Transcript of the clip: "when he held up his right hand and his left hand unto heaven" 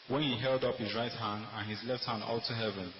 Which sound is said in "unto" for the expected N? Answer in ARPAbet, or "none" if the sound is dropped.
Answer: L